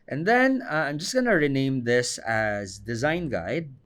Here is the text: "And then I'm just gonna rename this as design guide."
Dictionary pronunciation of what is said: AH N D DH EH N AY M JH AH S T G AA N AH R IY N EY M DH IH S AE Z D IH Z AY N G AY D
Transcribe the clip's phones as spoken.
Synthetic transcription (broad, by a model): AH N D DH EH N AY M JH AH S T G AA N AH R IY N EY M DH IH S AE Z D IH Z AY N G AY D